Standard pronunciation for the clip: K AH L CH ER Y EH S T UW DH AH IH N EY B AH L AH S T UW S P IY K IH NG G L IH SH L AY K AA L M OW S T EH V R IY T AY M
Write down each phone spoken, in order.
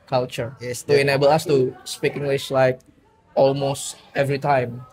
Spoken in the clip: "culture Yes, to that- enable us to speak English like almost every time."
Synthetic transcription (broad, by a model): K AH L CH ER Y EH S T UW IH N EY B AH L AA S T UW S P IY K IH NG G L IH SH L AY K AA L M OW S T EH V R IY T AY M